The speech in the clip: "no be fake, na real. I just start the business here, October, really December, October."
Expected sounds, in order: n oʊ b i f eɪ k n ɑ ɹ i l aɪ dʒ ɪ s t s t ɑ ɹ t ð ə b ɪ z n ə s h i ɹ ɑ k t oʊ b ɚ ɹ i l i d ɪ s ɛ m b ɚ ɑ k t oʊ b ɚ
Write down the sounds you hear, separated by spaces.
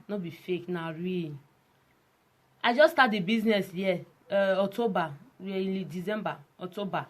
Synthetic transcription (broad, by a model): n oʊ b i f eɪ k n ɑ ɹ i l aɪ dʒ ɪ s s t ɑ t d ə b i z n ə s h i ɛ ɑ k t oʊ b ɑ w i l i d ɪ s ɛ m b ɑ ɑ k t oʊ b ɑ